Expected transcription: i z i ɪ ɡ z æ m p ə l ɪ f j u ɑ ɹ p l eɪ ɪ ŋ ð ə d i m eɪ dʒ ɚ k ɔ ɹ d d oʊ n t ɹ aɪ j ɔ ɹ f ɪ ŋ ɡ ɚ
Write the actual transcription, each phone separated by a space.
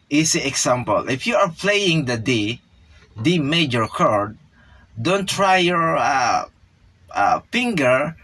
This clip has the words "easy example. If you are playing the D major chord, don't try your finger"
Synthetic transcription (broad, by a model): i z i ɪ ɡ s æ m p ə l ɪ f j u ɑ ɹ p l eɪ ɪ ŋ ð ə d i m eɪ dʒ ɚ k ɔ ɹ d d oʊ n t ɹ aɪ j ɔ ɹ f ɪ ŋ ɡ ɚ